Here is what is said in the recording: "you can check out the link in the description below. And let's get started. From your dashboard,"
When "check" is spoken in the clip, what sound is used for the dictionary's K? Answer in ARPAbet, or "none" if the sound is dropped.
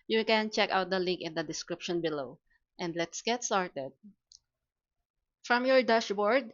K